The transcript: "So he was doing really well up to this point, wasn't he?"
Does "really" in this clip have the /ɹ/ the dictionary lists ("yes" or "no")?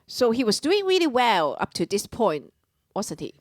yes